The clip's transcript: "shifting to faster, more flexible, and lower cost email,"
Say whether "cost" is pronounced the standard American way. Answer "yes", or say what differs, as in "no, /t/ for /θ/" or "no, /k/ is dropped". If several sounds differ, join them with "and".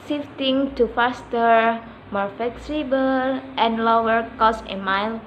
no, /t/ is dropped